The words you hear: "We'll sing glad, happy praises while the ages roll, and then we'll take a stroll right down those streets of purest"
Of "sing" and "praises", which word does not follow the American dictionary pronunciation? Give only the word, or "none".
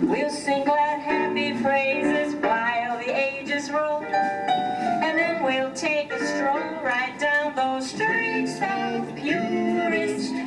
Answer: praises